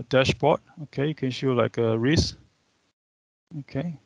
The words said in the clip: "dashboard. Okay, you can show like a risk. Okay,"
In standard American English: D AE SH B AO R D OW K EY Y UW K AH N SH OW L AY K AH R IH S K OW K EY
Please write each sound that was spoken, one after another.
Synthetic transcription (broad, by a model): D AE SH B AO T OW K EY Y UW K AH N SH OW L AY K AH R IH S OW K EY